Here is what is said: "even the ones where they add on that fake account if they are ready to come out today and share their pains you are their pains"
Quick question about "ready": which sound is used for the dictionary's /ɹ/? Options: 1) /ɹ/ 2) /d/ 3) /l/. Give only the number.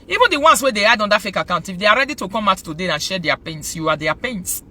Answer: 1